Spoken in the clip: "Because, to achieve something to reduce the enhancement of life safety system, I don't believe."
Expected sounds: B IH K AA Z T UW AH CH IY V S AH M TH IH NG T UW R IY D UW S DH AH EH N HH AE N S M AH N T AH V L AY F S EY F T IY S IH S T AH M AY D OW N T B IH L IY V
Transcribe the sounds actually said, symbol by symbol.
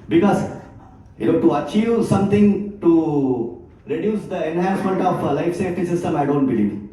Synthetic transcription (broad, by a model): B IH K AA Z T UW AH CH IY V S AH M T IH NG T UW R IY D UW S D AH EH N HH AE N S M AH N T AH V L AY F S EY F T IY S IH S T AH M AY D OW N T B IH L IY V